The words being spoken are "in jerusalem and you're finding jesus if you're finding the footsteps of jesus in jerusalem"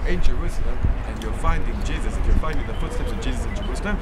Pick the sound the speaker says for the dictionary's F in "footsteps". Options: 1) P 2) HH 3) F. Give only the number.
3